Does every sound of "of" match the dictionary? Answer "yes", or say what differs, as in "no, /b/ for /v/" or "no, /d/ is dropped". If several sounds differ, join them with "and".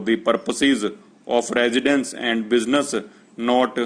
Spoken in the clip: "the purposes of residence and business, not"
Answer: no, /p/ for /v/